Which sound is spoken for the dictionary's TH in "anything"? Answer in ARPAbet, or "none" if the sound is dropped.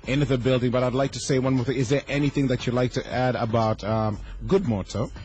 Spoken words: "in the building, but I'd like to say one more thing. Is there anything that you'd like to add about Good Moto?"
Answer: TH